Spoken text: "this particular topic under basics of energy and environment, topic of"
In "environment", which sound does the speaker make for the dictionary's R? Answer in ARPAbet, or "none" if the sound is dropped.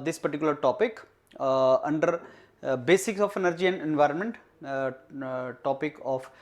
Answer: R